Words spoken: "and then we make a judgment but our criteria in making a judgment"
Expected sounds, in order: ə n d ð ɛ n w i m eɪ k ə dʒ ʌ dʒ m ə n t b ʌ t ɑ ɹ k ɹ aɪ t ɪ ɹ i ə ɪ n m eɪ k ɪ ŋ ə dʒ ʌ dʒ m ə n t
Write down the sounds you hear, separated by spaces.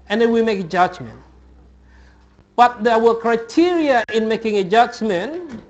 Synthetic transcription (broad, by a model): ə n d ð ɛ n w i m eɪ k ə dʒ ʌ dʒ m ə n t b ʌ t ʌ w k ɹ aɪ t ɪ ɹ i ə ɪ n m eɪ k ɪ ŋ ə dʒ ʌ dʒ m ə n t